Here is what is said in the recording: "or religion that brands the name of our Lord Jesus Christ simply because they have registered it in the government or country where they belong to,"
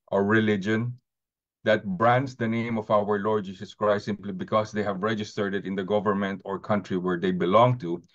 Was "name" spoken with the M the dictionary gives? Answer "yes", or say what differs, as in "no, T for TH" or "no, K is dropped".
yes